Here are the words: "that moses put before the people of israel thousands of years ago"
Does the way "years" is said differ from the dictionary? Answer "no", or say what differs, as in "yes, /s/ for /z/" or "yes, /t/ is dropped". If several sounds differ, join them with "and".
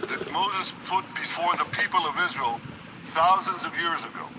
no